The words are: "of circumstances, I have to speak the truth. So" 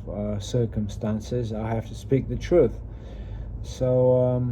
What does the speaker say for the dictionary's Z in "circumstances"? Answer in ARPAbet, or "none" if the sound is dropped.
Z